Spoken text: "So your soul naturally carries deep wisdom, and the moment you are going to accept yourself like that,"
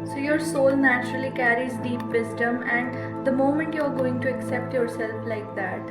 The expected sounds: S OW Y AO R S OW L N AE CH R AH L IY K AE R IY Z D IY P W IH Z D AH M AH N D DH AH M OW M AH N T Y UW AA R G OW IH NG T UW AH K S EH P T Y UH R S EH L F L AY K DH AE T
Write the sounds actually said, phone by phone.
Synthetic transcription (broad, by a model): S OW Y AO R S OW L N AE CH R AH L IY K AE R IY Z D IY P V IH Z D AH M AH N D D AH M OW M AH N T Y UW AA R G OW IH NG T UW AH K S EH P T Y UH R S EH L F L AY K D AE T